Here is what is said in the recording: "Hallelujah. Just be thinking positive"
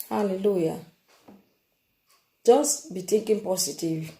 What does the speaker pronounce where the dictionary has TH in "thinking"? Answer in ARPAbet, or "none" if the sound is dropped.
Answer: T